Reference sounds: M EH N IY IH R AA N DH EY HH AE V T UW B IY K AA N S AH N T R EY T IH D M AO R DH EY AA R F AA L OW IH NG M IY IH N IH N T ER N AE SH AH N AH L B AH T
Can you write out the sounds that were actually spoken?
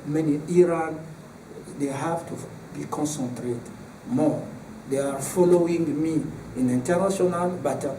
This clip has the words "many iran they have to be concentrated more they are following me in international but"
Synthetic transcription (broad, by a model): M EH N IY IH R AA N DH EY HH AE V T UW B IY K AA N S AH N T R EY T M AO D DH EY AA R F AA L OW IH NG M IY IH N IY N T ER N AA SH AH N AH L B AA T